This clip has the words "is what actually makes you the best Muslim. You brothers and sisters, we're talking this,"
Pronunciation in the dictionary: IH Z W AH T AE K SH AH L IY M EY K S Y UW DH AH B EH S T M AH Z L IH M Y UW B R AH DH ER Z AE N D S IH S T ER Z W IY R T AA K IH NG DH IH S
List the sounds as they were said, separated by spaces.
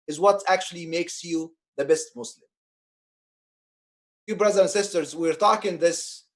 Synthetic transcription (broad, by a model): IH Z W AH T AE K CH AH L IY M EY K S Y UW DH AH B EH S T M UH S L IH M Y UW B R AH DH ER AE N S IH S T ER Z W IY R T AA K IH NG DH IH S